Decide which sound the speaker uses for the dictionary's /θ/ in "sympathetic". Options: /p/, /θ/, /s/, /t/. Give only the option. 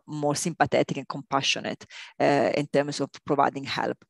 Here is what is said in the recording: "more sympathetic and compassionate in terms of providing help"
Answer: /t/